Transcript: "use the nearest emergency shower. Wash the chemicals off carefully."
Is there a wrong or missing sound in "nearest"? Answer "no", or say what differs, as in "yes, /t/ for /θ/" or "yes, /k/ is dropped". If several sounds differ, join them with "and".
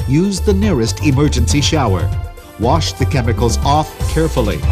no